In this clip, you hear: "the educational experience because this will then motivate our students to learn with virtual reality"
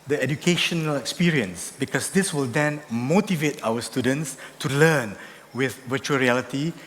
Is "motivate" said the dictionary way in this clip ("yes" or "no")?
yes